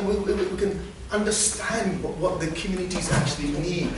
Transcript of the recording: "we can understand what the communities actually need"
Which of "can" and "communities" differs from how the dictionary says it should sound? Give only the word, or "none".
none